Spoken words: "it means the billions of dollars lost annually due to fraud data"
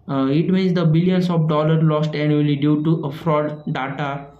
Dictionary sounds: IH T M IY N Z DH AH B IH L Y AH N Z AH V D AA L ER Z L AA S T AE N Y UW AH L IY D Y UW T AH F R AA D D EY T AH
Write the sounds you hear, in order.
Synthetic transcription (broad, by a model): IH T M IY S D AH B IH L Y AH N S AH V D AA L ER L AA S T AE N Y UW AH L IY D Y UW T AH F R AA D D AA T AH